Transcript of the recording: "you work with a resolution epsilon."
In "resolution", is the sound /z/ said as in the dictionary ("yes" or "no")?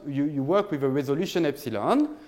yes